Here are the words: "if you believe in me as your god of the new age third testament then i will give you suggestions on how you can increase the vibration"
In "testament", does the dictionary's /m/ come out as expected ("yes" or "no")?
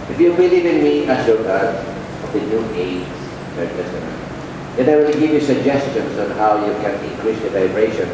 no